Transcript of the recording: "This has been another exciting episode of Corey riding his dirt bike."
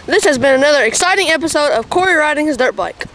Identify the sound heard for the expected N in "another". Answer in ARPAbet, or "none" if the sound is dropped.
N